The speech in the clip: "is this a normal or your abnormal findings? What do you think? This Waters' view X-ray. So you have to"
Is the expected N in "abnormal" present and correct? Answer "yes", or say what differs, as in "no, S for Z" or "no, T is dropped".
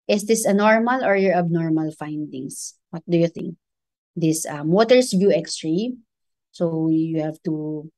yes